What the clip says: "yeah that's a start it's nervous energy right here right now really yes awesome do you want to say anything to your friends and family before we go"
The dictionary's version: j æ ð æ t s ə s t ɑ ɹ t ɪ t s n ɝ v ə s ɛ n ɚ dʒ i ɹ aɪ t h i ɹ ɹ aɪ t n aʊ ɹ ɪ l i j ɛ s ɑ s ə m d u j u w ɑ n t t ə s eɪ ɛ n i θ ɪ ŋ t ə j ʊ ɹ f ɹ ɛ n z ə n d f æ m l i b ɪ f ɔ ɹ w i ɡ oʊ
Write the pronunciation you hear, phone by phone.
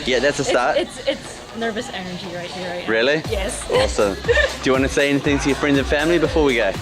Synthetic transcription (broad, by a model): j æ ð æ t s ə s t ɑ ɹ t ɪ t s n ɝ v ə s ɛ n ɚ dʒ i ɹ aɪ t h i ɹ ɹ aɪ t ɹ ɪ l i j ɛ s ɑ s ə m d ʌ j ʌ w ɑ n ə s eɪ ɛ n i θ ɪ ŋ t ə j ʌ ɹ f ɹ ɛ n ə f æ m l i b ɪ f ɔ ɹ w i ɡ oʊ